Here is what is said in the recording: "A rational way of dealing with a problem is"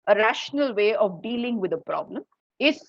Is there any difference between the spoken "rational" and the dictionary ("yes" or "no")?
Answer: no